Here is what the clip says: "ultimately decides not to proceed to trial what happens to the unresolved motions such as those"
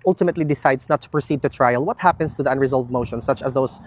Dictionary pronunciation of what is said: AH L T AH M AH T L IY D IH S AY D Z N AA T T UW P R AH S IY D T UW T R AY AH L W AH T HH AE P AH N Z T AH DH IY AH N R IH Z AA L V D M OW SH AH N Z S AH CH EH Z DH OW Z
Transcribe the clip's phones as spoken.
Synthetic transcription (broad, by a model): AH L T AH M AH T L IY D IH S AY D S N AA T T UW P R AH S IY D T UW T R AY AH L W AH T HH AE P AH N S T AH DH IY AH N R IH Z AA L V D M OW SH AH N S AH CH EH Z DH OW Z